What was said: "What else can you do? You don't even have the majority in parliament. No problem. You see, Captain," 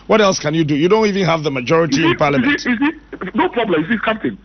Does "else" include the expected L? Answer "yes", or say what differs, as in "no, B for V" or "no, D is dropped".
yes